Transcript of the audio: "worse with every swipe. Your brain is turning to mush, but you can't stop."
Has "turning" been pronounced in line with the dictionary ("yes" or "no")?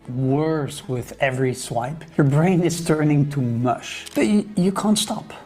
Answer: yes